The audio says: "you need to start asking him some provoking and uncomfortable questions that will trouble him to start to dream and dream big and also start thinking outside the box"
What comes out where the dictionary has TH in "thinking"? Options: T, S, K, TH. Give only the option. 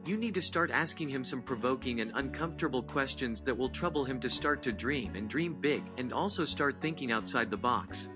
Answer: TH